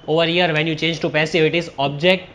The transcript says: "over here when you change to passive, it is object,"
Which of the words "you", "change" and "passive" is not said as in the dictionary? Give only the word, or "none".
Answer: passive